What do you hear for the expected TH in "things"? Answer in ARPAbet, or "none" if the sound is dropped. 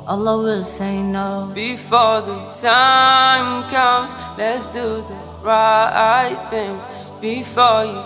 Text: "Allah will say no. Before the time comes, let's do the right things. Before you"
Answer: TH